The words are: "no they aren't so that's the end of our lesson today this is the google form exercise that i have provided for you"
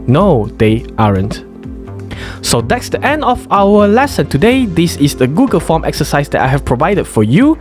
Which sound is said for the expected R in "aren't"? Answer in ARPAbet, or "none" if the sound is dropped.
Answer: R